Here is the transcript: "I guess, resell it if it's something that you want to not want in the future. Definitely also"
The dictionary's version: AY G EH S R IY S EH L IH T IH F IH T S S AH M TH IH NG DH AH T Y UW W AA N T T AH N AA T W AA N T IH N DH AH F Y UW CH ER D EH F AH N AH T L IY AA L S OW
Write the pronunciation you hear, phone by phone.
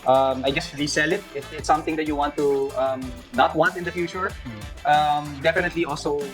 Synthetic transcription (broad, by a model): AY G EH S L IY S EH L IH T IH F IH T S S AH M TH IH NG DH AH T Y UW W AA N T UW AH N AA T W AA N T IH N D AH F Y UW CH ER D EH F AH N AH T L IY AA L S OW